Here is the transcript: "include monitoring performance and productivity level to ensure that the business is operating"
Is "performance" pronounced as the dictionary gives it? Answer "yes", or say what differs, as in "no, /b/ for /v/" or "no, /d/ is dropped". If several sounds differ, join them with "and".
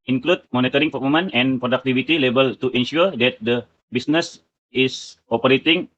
no, /s/ is dropped